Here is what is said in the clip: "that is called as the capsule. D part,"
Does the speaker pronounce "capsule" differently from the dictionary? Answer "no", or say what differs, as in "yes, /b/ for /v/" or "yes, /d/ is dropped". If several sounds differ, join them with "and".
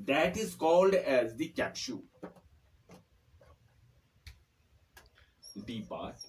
yes, /ʃ/ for /s/